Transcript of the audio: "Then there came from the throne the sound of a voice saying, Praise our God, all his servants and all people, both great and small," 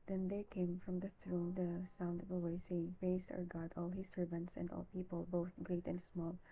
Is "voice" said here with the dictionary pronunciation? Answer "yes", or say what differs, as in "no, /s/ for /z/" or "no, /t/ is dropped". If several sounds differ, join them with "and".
no, /w/ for /v/